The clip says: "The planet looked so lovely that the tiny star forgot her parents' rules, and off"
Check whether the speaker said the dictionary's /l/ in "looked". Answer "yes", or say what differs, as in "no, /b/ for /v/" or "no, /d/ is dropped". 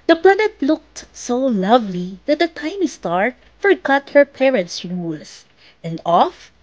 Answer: yes